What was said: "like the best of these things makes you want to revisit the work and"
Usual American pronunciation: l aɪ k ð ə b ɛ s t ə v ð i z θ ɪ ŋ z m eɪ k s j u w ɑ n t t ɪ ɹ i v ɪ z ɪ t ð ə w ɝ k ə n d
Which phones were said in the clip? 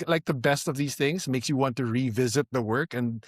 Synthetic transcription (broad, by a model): l aɪ k ð ə b ɛ s t ə v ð i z θ ɪ ŋ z m eɪ k s j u w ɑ n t t ɪ ɹ i v ɪ z ɪ t ð ə w ɝ k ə n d